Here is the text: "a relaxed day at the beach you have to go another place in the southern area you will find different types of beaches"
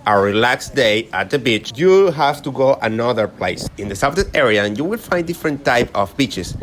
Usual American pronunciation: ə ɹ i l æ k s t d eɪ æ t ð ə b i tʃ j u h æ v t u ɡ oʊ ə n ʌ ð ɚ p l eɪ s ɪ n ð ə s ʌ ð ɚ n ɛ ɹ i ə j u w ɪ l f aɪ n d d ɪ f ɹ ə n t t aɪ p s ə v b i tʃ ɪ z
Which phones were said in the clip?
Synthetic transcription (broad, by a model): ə ɹ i l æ k s d eɪ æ t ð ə b i tʃ j u h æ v t u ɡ oʊ ə n ʌ ð ɚ p l eɪ s ɪ n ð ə s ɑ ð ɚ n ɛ ɹ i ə j u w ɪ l f aɪ n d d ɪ f ɹ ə n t t aɪ p ə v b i tʃ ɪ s